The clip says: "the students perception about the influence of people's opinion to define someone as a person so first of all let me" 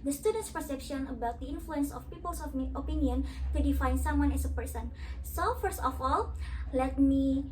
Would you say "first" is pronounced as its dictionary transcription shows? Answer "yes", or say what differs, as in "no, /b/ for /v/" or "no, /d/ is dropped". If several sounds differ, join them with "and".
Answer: yes